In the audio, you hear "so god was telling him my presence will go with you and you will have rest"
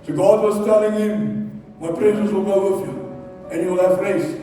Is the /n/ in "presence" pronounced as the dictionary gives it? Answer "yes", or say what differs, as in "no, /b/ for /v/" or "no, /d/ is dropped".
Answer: no, /n/ is dropped